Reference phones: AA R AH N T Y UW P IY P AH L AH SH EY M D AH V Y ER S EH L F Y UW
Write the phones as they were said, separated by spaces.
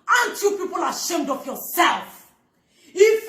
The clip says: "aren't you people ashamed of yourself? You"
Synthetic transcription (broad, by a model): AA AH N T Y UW P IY P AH L AH SH EY M D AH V Y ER S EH L F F